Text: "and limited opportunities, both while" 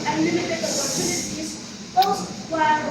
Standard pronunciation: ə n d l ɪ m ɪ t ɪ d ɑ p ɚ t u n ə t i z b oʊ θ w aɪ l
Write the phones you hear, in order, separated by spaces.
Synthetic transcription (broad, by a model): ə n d l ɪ m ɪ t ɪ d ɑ p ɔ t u n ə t i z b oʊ s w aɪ